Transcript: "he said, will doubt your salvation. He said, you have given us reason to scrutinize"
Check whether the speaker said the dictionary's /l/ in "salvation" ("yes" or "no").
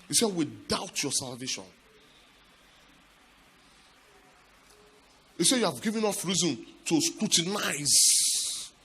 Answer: yes